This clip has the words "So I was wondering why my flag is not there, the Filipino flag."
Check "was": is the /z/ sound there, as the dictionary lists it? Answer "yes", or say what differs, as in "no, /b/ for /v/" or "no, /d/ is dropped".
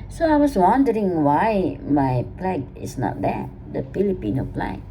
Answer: no, /s/ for /z/